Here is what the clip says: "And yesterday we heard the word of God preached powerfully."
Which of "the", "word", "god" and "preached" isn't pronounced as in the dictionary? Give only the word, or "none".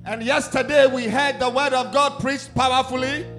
preached